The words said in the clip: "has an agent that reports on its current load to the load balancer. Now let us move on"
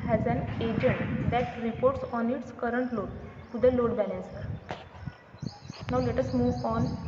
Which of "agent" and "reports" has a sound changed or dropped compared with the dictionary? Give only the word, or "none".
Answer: none